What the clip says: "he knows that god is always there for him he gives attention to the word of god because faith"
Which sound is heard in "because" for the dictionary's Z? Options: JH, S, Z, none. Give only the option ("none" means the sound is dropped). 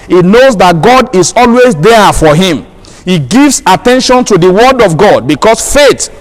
S